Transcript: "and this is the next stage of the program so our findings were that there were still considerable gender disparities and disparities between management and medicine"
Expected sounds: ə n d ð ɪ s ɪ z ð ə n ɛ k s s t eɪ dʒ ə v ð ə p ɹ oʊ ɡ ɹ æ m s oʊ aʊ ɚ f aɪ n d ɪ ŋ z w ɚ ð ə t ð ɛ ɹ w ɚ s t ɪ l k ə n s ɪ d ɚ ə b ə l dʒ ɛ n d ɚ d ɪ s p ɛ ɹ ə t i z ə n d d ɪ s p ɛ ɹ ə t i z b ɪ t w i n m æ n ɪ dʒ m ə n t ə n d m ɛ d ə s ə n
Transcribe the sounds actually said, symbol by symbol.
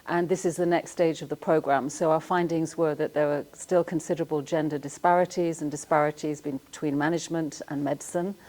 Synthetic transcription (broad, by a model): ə n ð ɪ s ɪ z ð ə n ɛ k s s t eɪ dʒ ə v ð ə p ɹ oʊ ɡ ɹ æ m s oʊ aʊ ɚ f aɪ n d ɪ ŋ z w ɚ ð ə t ð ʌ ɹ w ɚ s t ɪ l k ə n s ɪ d ɚ ə b ə l dʒ ɛ n d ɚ d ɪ s p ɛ ɹ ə t i z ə n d d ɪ s p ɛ ɹ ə t i z b ɪ t w i n m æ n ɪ dʒ m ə n t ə n m ɛ d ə s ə n